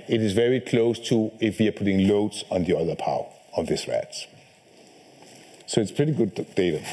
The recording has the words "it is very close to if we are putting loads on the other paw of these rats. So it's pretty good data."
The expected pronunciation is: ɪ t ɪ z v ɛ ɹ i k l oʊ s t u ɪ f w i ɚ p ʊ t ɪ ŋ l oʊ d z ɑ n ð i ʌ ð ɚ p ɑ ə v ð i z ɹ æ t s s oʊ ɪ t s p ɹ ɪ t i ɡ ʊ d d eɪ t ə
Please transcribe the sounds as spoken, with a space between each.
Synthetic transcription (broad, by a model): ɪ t ɪ z v ɛ ɹ i k l oʊ s t u ɪ f w i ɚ p ʊ t ɪ ŋ l oʊ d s n ð i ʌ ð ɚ p ɑ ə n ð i s ɹ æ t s s oʊ ɪ t s p ɹ ɪ t i ɡ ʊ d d eɪ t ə